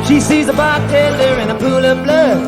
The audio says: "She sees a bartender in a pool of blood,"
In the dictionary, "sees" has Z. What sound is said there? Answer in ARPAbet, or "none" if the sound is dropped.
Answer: Z